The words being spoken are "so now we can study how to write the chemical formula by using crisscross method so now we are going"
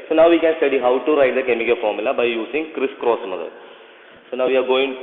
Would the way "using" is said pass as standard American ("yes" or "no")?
no